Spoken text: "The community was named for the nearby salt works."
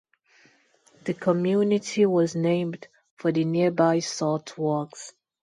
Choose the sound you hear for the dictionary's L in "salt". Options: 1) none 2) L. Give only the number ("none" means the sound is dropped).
1